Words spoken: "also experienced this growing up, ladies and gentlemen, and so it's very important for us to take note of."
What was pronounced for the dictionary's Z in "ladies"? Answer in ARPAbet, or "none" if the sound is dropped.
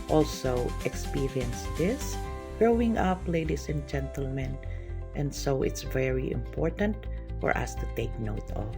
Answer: S